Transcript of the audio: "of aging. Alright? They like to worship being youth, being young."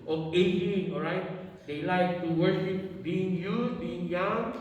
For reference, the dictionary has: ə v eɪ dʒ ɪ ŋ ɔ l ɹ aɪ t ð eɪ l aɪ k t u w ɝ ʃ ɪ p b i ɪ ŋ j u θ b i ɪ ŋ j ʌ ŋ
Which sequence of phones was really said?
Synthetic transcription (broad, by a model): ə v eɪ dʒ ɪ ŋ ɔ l ɹ aɪ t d eɪ l aɪ k t u w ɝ ʃ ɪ p b i ɪ ŋ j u s b i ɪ ŋ j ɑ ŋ